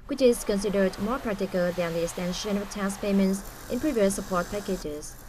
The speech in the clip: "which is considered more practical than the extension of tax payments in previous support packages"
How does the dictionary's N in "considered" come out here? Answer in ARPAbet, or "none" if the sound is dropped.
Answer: N